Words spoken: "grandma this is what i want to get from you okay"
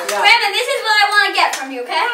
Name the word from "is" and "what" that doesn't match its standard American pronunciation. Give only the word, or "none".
none